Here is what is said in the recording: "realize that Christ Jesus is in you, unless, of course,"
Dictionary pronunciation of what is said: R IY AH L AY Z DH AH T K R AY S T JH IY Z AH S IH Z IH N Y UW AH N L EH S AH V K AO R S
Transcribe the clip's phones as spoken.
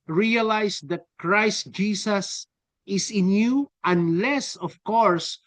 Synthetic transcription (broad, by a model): R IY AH L AY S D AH T K R AY S T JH IY S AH S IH S IH N Y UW AH N L EH S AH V K AO R S